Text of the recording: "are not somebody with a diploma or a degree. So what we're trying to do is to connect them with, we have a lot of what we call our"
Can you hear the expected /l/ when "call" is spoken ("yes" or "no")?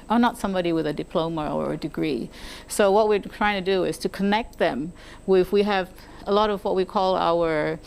yes